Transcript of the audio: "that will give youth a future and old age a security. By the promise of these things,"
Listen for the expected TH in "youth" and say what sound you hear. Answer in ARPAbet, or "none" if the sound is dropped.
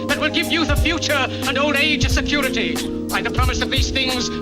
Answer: TH